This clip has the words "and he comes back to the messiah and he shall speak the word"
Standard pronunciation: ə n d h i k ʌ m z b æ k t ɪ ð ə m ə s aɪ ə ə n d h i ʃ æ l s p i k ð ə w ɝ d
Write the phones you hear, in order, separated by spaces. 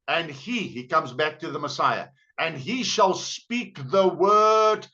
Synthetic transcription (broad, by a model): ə n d h i k ʌ m z b æ k t ɪ ð ə m ə s aɪ ə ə n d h i ʃ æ l s p i k ð ə w ɝ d